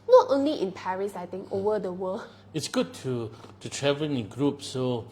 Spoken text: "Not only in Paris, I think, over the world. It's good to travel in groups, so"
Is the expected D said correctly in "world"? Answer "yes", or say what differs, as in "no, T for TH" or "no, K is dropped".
no, D is dropped